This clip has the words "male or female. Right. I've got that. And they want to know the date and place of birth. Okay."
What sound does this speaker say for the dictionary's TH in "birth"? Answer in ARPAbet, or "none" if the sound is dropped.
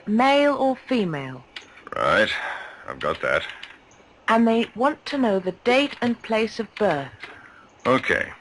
TH